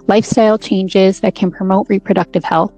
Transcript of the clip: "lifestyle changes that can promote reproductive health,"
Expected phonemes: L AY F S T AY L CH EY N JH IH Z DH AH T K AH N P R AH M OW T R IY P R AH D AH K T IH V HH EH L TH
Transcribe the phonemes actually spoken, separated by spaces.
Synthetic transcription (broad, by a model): L AY F S T AY L CH EY N JH IH Z DH AH T K AH N P R AH M OW T R IY P R AH D AH K T IH V HH EH L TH